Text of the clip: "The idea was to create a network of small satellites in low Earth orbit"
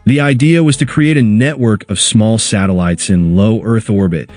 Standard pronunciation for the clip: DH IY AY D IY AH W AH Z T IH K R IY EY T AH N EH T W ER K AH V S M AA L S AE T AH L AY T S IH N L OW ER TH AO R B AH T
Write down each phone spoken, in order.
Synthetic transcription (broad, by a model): DH IY AY D IY AH W AH Z T IH K R IY EY T AH N EH T W ER K AH V S M AA L S AE T AH L AY T S IH N L OW ER TH AO R B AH T